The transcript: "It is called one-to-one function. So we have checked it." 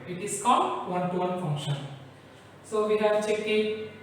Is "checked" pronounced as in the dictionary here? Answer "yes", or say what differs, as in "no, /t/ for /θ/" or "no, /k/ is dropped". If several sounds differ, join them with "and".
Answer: no, /t/ is dropped